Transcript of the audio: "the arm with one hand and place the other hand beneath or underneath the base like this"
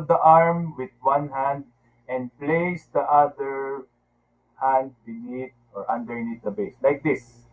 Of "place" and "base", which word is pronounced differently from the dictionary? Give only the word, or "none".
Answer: none